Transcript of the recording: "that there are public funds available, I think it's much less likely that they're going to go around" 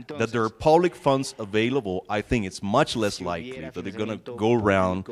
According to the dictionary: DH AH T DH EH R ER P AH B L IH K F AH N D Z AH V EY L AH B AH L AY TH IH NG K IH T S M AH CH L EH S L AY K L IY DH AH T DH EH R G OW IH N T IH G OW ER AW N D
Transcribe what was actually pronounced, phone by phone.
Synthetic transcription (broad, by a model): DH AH T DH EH R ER P AH B L IH K F AH N D Z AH V EY L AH B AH L AY TH IH NG K IH T S M AH CH L EH S L AY K L IY DH AH T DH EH R G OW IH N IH G OW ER AW N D